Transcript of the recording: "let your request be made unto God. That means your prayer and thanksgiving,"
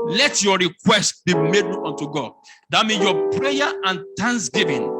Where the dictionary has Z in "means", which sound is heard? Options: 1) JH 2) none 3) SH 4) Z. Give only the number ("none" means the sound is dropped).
2